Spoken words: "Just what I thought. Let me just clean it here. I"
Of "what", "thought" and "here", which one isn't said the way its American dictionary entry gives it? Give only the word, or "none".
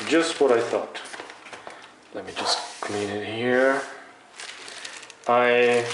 none